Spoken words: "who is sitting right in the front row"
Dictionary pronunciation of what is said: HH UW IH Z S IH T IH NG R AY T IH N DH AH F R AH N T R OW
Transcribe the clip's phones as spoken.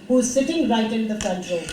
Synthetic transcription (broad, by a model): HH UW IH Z S IH T IH NG R AY T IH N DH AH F AH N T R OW